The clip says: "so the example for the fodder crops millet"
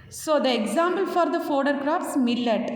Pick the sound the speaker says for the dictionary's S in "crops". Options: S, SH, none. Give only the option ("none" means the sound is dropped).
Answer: S